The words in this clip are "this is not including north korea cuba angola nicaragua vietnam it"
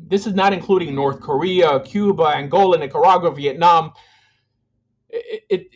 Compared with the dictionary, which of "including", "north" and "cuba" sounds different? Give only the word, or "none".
none